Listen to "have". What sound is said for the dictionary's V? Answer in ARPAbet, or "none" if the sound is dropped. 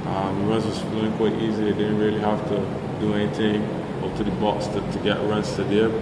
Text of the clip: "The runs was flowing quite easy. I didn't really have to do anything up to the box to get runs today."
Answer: F